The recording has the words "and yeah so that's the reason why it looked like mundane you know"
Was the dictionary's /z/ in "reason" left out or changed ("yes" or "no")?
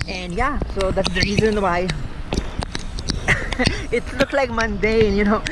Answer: no